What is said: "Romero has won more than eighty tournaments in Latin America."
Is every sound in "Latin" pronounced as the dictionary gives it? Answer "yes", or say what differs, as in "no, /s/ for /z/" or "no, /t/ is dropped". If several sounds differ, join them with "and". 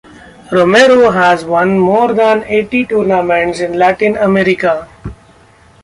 yes